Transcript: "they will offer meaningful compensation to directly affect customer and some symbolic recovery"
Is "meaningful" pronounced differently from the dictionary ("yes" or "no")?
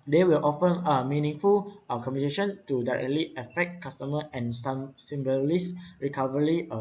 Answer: no